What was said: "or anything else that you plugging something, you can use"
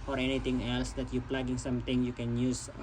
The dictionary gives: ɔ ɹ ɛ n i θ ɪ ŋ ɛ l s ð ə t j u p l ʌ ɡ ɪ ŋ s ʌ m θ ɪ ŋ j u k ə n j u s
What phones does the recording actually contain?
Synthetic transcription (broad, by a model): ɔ ɹ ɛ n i t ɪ ŋ ɛ l s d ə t j u p l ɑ ɡ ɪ ŋ s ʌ m t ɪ ŋ j u k ə n j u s